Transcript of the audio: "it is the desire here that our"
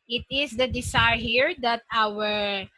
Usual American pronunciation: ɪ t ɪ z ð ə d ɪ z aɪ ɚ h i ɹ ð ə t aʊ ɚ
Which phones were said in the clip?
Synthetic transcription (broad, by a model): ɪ t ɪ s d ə d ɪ s aɪ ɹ h i ɹ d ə t aʊ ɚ